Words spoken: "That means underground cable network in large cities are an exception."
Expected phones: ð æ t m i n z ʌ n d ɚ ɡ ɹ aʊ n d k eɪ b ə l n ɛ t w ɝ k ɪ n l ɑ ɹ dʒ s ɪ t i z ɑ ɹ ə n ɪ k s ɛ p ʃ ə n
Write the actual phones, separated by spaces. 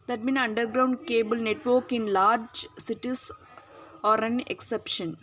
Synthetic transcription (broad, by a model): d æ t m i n ʌ n d ɚ ɡ ɹ aʊ n d k eɪ b ə l n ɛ t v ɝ k ɪ n l ɑ ɹ dʒ s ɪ t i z ɑ ɹ ə n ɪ k s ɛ p ʃ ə n